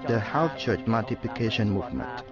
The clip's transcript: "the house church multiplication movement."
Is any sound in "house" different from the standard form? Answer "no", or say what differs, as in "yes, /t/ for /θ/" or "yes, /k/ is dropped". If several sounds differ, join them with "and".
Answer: yes, /θ/ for /s/